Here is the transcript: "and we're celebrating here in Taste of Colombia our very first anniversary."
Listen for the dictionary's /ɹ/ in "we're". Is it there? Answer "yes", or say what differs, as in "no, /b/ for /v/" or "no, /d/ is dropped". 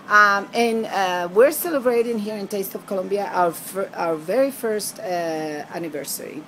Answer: yes